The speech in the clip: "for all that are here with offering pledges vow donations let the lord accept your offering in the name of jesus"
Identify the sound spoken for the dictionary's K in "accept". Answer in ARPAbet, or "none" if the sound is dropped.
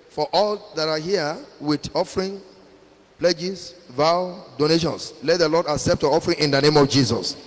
K